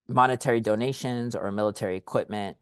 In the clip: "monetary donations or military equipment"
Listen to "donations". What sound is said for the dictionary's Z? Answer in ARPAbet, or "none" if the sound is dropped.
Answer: Z